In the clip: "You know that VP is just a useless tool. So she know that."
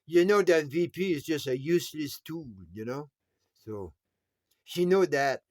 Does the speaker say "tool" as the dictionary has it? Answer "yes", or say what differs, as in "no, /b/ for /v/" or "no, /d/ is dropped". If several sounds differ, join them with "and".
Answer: no, /n/ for /l/